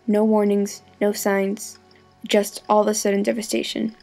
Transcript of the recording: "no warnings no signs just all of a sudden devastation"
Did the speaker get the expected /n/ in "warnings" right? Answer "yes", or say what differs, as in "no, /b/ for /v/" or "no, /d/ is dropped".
yes